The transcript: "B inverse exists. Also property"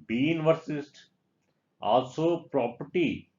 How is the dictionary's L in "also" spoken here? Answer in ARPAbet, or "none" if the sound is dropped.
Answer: L